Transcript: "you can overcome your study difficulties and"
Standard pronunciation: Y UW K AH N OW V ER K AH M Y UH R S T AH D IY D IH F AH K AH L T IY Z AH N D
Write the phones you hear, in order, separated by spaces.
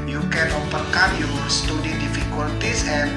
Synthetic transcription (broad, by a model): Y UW K AH N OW P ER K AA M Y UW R S T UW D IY D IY F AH K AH L T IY S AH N